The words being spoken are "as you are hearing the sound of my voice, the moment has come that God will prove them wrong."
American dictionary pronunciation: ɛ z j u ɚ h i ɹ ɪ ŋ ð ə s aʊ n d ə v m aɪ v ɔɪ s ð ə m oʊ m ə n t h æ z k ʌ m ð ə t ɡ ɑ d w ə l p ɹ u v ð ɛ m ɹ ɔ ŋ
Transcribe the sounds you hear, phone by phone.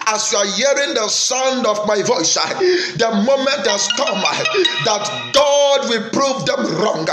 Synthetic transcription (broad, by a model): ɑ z j u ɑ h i ɹ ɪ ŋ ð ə s aʊ n d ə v m aɪ v ɔɪ s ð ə m oʊ m ə n t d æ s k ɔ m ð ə t ɡ ɑ d w ə l p ɹ u v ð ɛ m ɹ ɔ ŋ